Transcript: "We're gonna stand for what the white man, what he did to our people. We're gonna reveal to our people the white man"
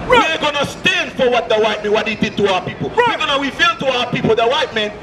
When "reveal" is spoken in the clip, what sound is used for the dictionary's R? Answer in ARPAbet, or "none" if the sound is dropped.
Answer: W